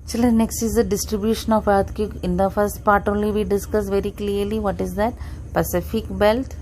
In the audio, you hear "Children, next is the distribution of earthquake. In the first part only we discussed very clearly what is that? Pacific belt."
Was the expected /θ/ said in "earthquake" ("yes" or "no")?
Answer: no